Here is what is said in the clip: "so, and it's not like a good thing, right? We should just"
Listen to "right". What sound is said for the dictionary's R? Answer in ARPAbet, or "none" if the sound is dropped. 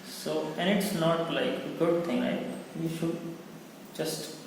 L